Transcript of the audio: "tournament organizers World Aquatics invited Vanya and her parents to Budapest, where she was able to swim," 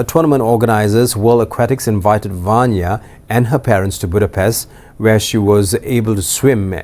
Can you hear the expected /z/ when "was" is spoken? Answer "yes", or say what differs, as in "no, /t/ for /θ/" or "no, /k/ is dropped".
yes